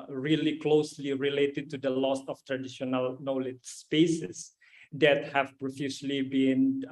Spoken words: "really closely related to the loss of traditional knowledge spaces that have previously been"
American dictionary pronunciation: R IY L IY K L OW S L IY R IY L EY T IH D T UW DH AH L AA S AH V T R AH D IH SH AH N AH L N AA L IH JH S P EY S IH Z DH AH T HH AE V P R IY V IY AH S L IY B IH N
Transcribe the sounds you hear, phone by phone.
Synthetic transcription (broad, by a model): R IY L IY K L OW S L IY R IY L EY T IH D T UW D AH L AA S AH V T R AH D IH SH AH N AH L N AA L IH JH S P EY S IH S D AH T HH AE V P R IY F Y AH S L IY B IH N